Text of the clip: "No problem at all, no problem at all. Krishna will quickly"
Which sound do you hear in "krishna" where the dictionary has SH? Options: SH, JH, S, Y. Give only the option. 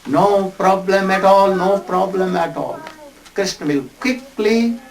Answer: S